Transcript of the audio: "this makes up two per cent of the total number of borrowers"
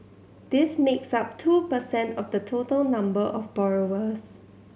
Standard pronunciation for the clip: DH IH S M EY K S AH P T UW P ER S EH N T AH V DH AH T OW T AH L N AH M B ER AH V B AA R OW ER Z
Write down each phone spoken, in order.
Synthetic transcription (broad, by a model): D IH S M EY K S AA P T UW P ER S EH N T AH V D AH T OW T AH L N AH M B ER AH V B AA R OW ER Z